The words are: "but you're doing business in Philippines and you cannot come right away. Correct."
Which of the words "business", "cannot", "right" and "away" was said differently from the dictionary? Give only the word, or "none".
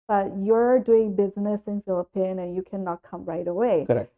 none